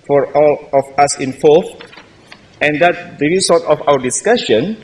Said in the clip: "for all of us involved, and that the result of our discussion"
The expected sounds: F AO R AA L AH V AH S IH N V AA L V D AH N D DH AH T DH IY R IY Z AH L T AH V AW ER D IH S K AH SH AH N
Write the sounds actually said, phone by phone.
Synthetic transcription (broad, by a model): F AO R AA L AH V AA S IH N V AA L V AH N D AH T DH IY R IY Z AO T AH F AW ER D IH S K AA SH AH N